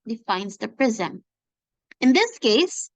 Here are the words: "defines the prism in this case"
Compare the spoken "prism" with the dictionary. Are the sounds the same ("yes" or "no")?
yes